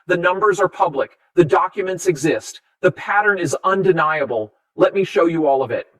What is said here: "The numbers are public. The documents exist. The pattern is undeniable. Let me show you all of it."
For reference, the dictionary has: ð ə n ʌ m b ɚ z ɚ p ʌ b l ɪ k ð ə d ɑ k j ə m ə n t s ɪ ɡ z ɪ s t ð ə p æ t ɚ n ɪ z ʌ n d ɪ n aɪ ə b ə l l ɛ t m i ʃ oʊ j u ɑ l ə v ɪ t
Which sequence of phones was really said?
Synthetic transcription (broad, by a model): ð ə n ʌ m b ɚ z ɚ p ʌ b l ɪ k ð ə d ɑ k j ə m ə n t s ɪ ɡ z ɪ s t ð ə p æ t ɚ n ɪ z ʌ n d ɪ n aɪ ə b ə l l ɛ t m i ʃ oʊ j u ɑ l ə v ɪ t